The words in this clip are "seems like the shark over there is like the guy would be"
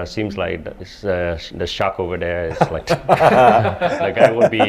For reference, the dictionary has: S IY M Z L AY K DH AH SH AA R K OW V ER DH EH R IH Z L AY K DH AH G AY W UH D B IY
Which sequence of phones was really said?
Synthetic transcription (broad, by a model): S IY M Z L AY K DH AH SH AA K OW V ER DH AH R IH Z L AY K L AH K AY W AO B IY